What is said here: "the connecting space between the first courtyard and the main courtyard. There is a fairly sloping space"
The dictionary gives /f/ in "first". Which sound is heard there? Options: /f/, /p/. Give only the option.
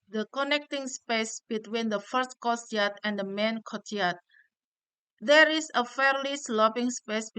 /f/